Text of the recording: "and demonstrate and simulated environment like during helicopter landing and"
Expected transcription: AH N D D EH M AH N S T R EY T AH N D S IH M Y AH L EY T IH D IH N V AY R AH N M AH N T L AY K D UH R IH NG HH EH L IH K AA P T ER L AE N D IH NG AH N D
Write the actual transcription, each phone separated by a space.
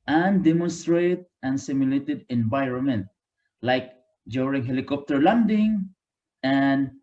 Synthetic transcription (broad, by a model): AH N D D EH M AH N S T R EY T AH N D S IH M Y AH L EY T IH D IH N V AY R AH N M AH N T L AY K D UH R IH NG HH EH L IH K AA P T ER L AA N D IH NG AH N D